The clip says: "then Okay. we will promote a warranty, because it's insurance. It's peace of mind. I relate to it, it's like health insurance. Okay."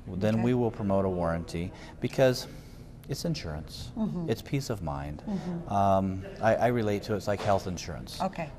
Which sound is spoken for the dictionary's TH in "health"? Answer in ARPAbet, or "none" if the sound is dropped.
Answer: TH